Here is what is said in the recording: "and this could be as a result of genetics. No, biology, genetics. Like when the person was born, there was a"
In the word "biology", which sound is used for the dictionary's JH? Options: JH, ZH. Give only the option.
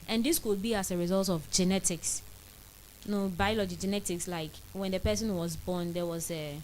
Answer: JH